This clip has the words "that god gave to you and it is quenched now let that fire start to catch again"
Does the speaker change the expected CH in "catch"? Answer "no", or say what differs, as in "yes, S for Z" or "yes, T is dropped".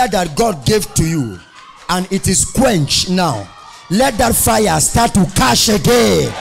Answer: yes, SH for CH